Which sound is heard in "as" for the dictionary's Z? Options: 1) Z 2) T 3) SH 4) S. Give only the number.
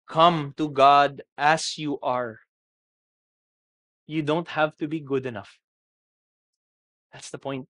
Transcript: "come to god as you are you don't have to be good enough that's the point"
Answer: 4